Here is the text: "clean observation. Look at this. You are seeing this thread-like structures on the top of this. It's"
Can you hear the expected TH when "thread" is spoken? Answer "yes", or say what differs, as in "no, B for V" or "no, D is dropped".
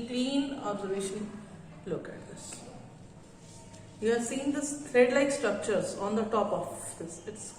no, T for TH